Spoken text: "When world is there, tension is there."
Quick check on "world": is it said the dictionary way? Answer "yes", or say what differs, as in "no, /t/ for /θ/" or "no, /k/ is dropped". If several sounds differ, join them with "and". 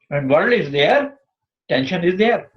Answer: no, /d/ is dropped